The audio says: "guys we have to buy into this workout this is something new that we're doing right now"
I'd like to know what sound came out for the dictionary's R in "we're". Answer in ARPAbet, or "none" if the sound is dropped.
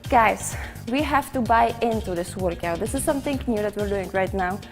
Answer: R